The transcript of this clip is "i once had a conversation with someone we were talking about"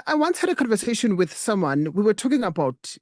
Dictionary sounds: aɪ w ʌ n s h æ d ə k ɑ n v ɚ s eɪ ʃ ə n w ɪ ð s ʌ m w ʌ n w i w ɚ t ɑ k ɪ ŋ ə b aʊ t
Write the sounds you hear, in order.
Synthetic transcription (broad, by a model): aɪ w ʌ n s h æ d ə k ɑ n v ɚ s eɪ ʃ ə n w ɪ ð s ʌ m w ʌ n w i w ɚ t ɑ k ɪ ŋ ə b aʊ t